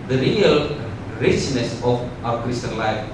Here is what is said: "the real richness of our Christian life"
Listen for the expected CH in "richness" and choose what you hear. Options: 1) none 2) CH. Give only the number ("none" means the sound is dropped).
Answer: 2